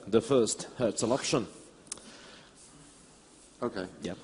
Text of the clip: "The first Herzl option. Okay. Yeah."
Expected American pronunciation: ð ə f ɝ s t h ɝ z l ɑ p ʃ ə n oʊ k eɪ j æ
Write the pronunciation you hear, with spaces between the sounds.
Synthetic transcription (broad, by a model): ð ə f ɝ s t h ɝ s l ɑ p ʃ ə n oʊ k eɪ j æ